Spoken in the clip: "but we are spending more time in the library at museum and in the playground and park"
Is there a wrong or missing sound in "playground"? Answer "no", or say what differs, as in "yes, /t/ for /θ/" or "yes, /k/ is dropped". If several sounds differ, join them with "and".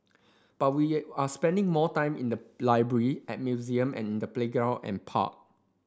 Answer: yes, /n/ is dropped